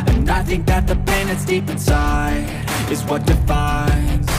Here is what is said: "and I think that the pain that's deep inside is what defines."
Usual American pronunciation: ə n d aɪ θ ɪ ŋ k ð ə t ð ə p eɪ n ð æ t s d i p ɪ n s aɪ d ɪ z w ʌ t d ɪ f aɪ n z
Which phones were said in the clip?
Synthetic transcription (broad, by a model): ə n aɪ θ ɪ ŋ k ð ə t ð ə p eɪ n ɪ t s d i p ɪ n s aɪ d ɪ z w ʌ t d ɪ f aɪ n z